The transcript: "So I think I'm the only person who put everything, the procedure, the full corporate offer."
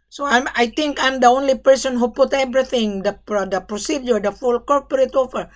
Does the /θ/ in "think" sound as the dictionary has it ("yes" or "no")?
no